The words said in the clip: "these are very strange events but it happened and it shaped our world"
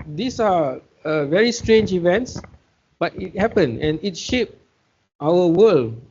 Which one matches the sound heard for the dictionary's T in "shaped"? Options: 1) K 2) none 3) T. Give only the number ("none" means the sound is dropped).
3